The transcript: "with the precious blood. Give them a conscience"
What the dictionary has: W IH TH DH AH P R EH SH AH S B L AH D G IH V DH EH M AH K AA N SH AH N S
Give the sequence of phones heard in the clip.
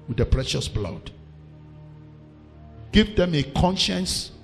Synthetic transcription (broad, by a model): W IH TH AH P R EH SH AH S B L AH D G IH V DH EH M AH K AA N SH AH N S